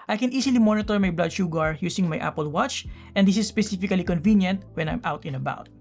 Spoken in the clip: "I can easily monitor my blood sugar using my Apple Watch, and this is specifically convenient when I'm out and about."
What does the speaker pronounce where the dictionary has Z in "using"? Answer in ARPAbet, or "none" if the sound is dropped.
S